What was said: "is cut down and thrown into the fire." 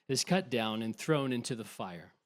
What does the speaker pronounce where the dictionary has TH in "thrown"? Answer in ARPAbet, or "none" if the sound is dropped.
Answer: TH